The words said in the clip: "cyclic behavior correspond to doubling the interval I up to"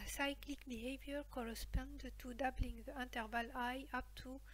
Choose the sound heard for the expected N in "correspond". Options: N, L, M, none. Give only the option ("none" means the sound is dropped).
N